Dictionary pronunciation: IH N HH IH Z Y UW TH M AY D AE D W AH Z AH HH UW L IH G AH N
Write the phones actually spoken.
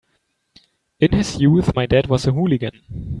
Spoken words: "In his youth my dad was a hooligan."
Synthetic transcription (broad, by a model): IH N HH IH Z Y UW TH M AY D AE D W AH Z AH HH UW L IH G AH N